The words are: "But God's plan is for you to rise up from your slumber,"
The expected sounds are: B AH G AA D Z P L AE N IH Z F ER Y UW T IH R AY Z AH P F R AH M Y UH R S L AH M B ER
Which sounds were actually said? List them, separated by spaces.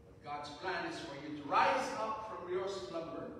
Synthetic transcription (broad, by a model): G AA D Z P L AE N IH Z F ER Y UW T IH R AY Z AH P F R AH M Y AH R S L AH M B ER